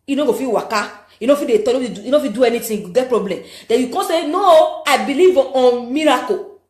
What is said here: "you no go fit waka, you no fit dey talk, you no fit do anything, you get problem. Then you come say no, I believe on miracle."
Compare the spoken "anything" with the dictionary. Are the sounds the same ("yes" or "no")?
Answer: no